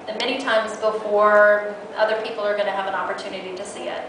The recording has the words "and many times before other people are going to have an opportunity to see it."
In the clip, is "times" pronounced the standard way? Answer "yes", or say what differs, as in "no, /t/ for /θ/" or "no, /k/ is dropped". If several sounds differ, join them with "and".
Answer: yes